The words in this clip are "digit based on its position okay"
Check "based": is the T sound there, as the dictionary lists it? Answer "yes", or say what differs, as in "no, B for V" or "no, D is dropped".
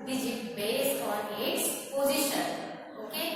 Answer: no, T is dropped